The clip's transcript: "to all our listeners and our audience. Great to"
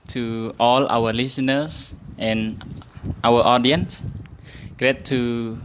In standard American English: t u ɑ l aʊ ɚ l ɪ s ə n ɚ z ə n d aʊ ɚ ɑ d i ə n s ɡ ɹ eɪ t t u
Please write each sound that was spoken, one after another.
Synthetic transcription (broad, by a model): t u ɑ l aʊ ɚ l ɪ s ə n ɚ s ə n aʊ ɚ ɑ d i ə n s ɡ ɹ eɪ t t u